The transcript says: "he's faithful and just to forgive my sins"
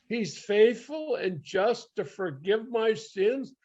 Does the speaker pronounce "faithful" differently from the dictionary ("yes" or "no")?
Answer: no